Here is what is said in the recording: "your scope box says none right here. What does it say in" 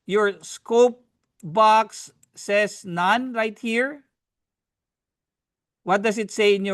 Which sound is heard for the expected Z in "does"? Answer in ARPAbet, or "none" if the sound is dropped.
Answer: S